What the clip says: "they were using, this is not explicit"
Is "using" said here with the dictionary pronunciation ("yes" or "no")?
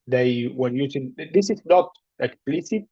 no